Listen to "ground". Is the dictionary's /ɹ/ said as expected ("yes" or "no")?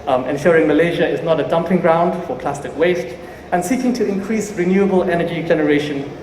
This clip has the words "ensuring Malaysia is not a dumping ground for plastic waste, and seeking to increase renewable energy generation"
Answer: yes